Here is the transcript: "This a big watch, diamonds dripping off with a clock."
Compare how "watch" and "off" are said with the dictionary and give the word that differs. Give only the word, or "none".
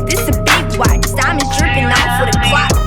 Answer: watch